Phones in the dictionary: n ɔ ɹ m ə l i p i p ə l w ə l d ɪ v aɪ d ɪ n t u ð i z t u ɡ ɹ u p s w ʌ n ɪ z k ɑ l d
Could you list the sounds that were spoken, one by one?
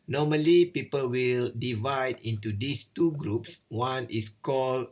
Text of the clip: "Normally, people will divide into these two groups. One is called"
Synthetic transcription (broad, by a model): n ɔ m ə l i p i p ə l w ə l d ɪ v aɪ d ɪ n t u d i s t u ɡ ɹ u p s w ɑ n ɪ s k ɑ l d